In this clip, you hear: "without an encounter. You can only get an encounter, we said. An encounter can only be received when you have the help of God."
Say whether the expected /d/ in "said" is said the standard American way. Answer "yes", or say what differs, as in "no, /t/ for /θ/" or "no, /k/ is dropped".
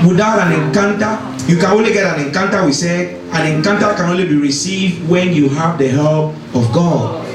no, /d/ is dropped